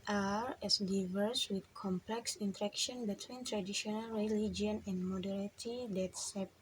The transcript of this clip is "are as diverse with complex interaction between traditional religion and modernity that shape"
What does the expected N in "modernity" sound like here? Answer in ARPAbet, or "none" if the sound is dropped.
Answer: none